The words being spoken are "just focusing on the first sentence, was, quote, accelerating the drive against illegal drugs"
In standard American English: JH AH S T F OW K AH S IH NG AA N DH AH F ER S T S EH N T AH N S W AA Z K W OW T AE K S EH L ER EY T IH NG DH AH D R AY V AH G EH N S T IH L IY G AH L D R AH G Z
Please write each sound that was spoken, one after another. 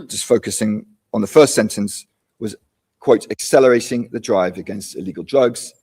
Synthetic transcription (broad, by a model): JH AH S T F OW K AH S IH NG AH N DH AH F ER S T S EH N T AH N S W AA Z K W OW T AE K S EH L ER EY T IH NG DH AH D R AY V AH G EH N S T IH L IY G AH L D R AH G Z